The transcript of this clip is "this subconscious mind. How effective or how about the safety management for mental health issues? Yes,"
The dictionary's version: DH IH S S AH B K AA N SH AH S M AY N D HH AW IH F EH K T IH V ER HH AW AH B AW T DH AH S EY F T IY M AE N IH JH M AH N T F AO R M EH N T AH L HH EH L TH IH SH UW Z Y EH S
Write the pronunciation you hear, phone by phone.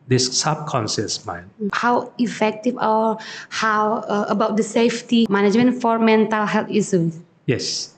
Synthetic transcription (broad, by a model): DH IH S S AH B K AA N S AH S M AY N HH AW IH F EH K T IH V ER HH AW AH B AW T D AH S EY F T IY M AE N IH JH M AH N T F AO R M EH N T AH L HH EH L T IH S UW Y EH S